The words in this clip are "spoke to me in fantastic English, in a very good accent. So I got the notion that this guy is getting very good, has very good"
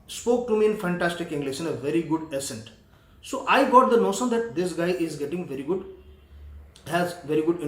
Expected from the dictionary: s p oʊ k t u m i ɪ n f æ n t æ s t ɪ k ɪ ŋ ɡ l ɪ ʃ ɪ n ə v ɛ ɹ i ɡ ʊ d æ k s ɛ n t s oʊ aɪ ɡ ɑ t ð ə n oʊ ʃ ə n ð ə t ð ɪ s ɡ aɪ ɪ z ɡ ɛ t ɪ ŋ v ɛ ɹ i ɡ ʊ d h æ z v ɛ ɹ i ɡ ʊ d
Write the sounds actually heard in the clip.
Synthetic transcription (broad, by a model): s p oʊ k t u m i ɪ n f æ n t æ s t ɪ k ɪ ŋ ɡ l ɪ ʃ ɪ n ə v ɛ ɹ i ɡ ʊ d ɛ s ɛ n t s oʊ aɪ ɡ ɑ t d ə n oʊ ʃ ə n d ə t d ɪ s ɡ aɪ ɪ z ɡ ɛ t ɪ ŋ v ɛ ɹ i ɡ ʊ d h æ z v ɛ ɹ i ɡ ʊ d